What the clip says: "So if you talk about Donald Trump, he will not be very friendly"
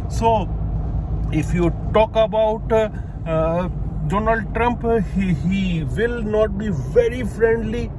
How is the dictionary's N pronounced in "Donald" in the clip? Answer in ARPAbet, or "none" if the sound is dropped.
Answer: N